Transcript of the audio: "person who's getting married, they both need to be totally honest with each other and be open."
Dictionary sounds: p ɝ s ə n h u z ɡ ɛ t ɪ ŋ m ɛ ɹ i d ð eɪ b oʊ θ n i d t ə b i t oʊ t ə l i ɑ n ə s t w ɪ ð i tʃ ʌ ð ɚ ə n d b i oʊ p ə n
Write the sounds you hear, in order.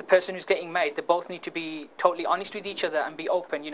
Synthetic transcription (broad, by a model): p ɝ s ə n h u z ɡ ɛ t ɪ ŋ m ɛ i d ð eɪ b oʊ θ n i d t ə b i t oʊ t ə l i ɑ n ə s t w ɪ ð i tʃ ʌ ð ɚ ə n b i oʊ p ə n